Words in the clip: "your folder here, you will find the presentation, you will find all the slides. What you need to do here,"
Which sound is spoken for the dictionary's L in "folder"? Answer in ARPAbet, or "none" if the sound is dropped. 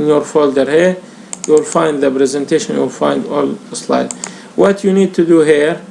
L